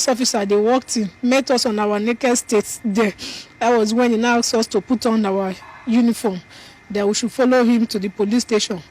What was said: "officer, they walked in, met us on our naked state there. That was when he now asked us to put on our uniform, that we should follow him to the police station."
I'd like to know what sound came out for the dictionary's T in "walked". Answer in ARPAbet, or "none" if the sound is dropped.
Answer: T